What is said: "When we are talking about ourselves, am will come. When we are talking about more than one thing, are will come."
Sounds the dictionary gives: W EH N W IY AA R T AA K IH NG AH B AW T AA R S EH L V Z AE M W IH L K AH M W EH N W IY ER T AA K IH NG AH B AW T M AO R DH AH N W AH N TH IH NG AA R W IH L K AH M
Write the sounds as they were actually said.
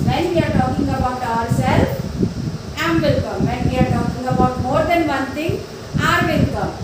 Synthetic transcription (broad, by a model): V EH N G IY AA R T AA K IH NG AH B AW T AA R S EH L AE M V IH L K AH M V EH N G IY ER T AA K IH NG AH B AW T M AO R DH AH N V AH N T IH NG AA R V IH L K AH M